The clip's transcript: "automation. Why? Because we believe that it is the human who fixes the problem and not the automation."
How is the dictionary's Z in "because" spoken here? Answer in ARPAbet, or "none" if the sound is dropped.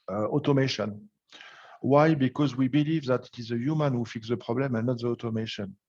Z